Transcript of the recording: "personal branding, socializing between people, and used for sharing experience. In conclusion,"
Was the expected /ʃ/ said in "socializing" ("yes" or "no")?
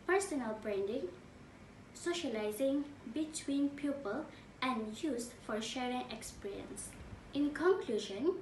yes